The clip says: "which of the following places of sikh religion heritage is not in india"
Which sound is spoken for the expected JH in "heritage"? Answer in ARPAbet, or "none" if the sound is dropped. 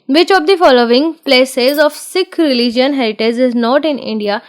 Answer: Z